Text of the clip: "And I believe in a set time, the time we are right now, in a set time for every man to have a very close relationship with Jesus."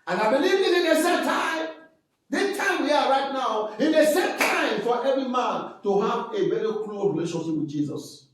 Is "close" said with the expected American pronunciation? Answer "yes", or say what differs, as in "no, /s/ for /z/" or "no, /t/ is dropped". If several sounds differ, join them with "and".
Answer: no, /s/ is dropped